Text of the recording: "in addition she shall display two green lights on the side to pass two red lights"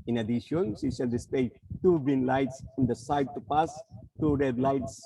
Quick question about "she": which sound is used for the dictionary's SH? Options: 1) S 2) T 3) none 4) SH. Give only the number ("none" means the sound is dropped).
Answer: 1